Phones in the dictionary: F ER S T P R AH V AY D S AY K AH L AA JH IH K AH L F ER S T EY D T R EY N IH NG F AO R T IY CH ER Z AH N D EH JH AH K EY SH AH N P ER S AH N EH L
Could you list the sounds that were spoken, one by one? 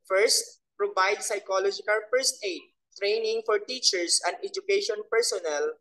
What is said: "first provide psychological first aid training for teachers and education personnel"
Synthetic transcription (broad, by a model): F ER S T P R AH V AY D S AY K AH L AA JH IH K AH L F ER S T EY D T R EY N IH NG F AO R T IY CH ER S AH N D EH JH AH K EY SH AH N P ER S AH N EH L